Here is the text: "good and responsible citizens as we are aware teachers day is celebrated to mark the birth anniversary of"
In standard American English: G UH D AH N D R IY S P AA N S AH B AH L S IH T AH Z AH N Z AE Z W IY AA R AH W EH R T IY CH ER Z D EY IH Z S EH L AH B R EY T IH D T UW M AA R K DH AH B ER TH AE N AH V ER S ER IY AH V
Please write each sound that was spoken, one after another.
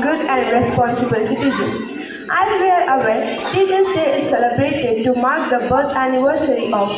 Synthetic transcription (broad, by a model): G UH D AH N D R IY S P AA N S AH B AH L S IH T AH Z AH N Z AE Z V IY AA R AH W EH L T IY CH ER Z D EY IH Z S EH L AH B R EY T IH D T UW M AA R K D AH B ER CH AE N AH V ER S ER IY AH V